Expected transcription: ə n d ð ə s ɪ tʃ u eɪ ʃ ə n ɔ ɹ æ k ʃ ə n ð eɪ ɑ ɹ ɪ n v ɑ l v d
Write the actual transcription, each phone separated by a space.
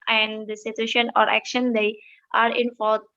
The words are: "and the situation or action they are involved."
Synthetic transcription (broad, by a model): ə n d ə s ɪ tʃ u eɪ ʃ ə n ɔ ɹ æ k ʃ ə n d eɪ ɑ ɹ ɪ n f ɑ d